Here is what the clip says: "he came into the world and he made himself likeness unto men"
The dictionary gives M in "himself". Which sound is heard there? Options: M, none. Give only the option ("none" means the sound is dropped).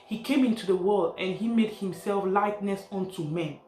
M